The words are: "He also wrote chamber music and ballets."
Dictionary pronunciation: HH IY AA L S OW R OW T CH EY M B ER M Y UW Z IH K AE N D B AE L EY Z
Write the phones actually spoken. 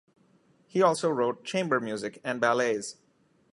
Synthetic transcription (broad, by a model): HH IY AA L S OW R OW T CH EY M B ER M Y UW Z IH K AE N D B AE L EY Z